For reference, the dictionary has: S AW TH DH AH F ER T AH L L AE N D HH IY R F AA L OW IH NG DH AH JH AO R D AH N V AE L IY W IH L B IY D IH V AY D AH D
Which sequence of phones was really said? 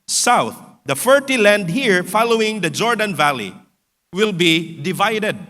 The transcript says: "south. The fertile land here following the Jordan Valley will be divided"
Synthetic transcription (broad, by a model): S AW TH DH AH F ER T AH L L AE N D HH IY R F AA L OW IH NG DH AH JH AO R D AH N V AE L IY W IH L B IY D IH V AY D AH D